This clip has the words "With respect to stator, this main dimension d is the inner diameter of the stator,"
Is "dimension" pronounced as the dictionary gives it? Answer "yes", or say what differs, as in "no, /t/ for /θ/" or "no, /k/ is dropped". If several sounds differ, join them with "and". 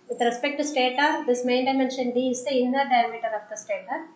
yes